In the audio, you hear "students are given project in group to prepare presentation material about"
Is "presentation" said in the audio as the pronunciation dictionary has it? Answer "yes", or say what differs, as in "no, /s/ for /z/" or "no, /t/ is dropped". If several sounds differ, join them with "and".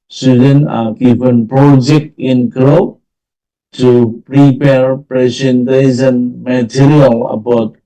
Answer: no, /s/ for /ʃ/